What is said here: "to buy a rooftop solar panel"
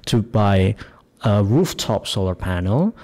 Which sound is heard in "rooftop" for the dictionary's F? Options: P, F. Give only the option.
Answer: F